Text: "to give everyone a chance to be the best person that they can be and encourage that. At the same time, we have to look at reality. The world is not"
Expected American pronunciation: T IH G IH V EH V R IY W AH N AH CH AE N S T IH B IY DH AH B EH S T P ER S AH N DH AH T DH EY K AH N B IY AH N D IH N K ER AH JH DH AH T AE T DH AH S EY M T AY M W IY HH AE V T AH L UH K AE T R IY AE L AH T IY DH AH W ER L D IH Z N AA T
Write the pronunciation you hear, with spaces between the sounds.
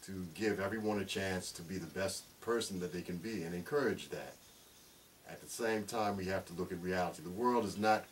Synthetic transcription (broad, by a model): T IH G IH V EH V R IY W AH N AH CH AE N S T IH B IY DH AH B EH S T P ER S N DH AH T DH EY K AH N B IY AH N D IH N K ER AH JH DH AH T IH T DH AH S EY M T AY M W IY HH AE F T AH L UH K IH T R IY AE L AH T IY DH AH W ER L D IH Z N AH T